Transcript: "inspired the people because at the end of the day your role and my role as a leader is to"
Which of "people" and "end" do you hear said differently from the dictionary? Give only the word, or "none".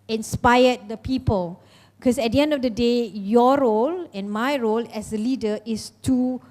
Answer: none